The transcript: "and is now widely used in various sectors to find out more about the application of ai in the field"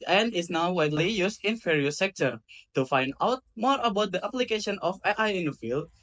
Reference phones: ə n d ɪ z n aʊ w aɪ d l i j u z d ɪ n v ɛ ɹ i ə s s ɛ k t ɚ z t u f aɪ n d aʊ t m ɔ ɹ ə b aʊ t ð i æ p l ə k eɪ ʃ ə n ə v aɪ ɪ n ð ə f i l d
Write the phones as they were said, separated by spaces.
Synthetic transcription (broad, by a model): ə n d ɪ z n aʊ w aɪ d l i j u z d ɪ n f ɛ ɹ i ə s s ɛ k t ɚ t u f aɪ n d aʊ t m ɔ ɹ ə b aʊ t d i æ p l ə k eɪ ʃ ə n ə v aɪ ɪ n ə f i l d